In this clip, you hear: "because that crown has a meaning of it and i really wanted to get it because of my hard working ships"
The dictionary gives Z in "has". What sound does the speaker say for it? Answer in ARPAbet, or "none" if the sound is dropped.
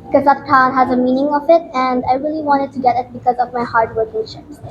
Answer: Z